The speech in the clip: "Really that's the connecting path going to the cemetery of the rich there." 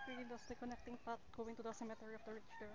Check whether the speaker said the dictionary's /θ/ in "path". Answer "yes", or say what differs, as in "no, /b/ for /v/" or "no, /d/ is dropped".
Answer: no, /t/ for /θ/